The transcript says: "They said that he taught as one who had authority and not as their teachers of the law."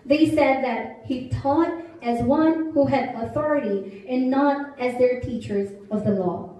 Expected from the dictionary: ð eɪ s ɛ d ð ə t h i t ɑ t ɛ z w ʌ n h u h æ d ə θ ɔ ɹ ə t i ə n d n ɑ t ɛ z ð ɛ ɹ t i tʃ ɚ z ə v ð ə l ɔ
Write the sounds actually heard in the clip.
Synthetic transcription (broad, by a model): ð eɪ s ɛ d ð ə t h i t ɑ t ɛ z w ʌ n h u h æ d ə θ ɔ ɹ ə t i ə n n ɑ t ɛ z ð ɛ ɹ t i tʃ ɚ z ə v ð ə l ɔ